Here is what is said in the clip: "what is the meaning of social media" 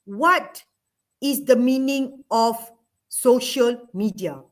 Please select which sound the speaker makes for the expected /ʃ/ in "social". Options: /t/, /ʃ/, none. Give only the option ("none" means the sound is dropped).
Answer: /ʃ/